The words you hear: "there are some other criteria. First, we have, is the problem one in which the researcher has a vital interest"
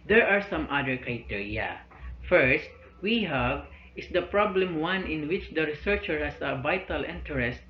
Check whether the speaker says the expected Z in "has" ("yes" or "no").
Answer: no